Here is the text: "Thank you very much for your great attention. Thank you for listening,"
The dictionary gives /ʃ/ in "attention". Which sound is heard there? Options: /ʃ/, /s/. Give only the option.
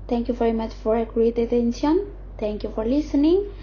/s/